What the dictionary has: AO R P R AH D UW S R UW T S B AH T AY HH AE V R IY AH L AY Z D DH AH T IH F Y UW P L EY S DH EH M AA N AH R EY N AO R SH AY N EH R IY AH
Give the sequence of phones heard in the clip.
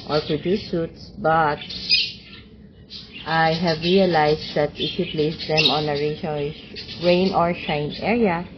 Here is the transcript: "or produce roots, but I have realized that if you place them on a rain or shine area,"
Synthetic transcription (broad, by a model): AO R P R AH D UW S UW T S B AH T AY HH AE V R IY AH L AY S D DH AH T IH F Y UW P L EY S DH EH M AA N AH R EY N AO R SH AY N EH R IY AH